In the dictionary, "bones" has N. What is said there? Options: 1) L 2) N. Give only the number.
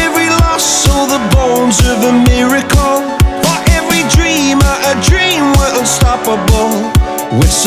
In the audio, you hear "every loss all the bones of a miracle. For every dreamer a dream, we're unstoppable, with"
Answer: 2